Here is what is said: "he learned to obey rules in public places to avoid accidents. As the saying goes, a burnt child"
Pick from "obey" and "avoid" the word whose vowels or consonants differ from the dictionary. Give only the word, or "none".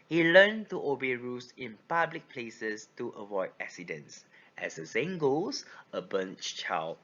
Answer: none